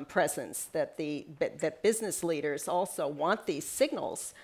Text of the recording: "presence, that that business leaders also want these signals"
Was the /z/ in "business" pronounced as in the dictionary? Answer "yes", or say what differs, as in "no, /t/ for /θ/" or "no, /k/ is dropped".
yes